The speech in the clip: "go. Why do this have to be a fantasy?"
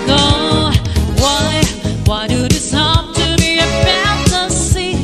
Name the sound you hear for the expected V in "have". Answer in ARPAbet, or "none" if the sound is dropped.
P